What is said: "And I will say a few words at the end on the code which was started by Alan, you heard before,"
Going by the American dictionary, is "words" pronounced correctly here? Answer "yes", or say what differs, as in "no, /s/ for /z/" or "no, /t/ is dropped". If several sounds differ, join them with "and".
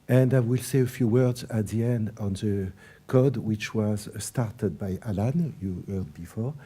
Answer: yes